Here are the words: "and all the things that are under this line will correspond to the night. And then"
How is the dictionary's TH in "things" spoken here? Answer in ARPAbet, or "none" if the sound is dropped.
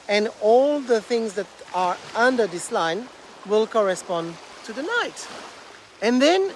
TH